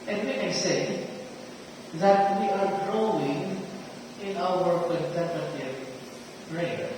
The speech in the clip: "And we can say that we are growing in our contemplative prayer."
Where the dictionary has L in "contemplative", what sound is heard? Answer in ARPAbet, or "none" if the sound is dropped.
none